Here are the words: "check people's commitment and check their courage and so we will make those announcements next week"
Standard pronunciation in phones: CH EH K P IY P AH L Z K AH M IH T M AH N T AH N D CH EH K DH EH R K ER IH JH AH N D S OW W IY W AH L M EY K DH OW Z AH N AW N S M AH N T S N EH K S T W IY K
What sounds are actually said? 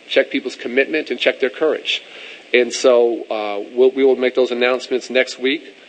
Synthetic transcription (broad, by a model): CH EH K P IY P L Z K AH M IH T M AH N T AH N CH EH K DH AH R K ER IH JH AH N S OW W IY W AH L M EY K DH OW Z AH N AW N S M AH N T S N EH K S T W IY K